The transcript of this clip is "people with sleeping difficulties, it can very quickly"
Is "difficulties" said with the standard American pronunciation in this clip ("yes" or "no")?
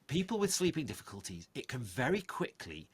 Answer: yes